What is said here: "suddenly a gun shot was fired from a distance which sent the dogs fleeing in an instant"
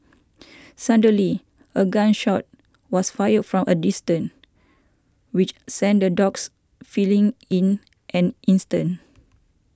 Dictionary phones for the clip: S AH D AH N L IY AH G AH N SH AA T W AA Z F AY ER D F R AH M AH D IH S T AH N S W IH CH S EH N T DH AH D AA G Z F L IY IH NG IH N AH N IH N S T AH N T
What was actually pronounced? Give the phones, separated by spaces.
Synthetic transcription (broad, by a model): S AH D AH L IY AH G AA N SH AA T W AA S F AY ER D F R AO M AH D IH S T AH N W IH CH S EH N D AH D AA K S F L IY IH NG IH N AH N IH N S T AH N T